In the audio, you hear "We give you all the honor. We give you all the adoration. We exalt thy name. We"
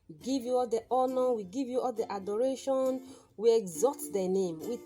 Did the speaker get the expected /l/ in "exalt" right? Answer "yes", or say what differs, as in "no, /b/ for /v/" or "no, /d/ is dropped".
no, /l/ is dropped